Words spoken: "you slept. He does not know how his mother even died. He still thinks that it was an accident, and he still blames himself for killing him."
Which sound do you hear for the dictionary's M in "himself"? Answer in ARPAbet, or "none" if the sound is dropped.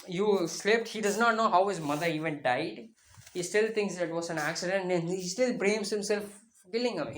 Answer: M